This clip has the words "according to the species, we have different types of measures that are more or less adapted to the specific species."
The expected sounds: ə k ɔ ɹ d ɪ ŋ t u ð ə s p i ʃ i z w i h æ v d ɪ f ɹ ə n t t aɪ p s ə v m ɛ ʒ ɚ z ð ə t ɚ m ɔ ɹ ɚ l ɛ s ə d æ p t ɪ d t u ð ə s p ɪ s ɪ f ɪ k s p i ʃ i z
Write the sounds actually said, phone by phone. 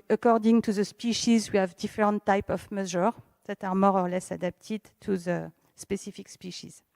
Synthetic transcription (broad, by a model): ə k ɔ ɹ d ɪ ŋ t u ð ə s p i ʃ i z w i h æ v d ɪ f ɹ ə n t t aɪ p ə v m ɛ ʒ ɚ ð ə t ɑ m ɔ ɹ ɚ l ɛ s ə d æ p t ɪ d t u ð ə s p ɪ s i f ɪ k s p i ʃ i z